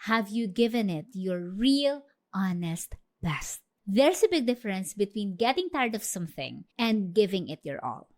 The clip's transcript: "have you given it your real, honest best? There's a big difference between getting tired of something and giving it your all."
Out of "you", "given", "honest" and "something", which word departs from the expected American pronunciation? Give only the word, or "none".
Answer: none